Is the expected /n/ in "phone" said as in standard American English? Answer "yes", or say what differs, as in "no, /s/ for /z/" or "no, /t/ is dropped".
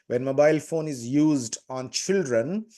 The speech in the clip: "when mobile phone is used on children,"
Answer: yes